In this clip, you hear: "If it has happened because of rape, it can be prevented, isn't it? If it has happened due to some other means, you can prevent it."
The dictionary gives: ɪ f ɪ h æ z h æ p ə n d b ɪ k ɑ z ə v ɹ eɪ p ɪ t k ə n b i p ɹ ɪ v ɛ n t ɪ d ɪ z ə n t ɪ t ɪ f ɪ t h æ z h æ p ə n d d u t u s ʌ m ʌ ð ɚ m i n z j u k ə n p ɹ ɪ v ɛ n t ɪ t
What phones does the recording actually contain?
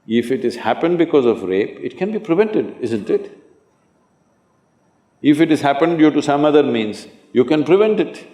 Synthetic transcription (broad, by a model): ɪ f ɪ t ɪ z h æ p ə n d b ɪ k ɑ z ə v ɹ eɪ p ɪ t k ə n b i p ɹ ɪ v ɛ n t ɪ d ɪ z ə n t ɪ t ɪ f ɪ t h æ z h æ p ə n d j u t u s ʌ m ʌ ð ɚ m i n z j u k ə n p ɹ ɪ v ɛ n t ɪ t